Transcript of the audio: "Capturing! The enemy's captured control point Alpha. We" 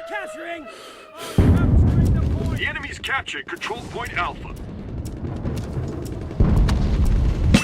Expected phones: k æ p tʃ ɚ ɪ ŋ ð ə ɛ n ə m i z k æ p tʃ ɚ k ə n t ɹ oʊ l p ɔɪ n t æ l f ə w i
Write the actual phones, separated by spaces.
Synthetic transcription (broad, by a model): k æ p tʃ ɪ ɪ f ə ɛ n ə m i z k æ p tʃ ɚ k ə n t ɹ oʊ l p ɔɪ n t æ l f ə